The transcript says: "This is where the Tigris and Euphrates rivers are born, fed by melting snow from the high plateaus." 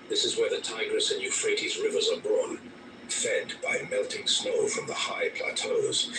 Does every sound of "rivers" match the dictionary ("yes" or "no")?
yes